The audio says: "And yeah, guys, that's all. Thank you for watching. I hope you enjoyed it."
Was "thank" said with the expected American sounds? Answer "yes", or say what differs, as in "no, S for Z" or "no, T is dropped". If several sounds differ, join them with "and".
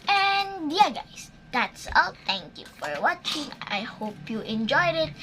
no, T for TH